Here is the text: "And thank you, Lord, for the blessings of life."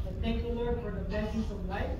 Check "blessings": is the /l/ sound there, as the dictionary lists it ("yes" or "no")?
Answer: no